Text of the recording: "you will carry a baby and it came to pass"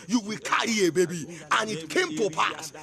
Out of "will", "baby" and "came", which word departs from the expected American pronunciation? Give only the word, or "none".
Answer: none